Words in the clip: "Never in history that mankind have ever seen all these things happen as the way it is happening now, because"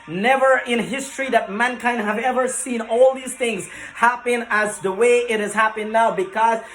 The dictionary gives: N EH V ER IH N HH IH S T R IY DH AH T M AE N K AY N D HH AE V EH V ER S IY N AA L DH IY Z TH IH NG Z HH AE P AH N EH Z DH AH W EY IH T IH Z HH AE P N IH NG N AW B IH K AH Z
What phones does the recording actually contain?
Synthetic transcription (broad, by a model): N EH V ER IH N HH IH S T R IY DH AH T M AE N K AY N D HH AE V EH V ER S IY N AA L DH IY Z TH IH NG Z HH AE P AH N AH Z DH AH W EY IH T IH Z HH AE P IH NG N AW B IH K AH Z